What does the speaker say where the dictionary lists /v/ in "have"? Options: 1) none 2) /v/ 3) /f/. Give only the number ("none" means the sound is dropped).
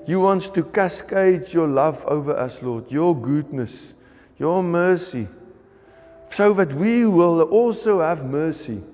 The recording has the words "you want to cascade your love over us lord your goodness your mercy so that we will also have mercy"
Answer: 2